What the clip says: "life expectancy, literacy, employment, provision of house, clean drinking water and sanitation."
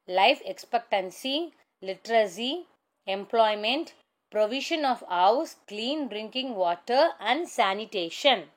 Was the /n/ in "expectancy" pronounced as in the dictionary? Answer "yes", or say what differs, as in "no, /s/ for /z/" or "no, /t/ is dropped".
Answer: yes